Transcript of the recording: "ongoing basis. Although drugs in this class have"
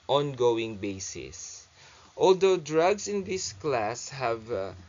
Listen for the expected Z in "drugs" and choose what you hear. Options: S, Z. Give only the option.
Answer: S